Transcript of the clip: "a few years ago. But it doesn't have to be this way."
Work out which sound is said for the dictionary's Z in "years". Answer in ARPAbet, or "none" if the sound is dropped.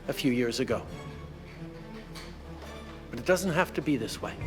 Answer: Z